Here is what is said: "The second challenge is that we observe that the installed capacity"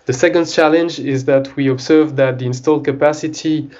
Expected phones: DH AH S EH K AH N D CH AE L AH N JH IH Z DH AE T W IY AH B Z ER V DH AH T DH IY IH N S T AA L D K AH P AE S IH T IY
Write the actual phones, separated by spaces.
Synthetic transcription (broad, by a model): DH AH S EH K AH N D CH AE L AH N JH IH Z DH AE T W IY AH B Z ER V DH AH T DH IY IH N S T AA L D K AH P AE S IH T IY